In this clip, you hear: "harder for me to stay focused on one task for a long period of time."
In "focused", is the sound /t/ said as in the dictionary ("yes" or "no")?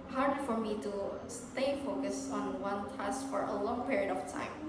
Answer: no